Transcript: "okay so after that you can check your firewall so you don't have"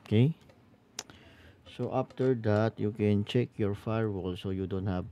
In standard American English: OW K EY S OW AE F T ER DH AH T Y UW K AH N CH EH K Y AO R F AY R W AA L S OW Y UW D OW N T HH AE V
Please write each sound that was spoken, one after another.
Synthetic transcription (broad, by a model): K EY S OW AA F T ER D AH T Y UW K AH N CH EH K Y AO R F AY R W AA L S OW Y UW D OW N T HH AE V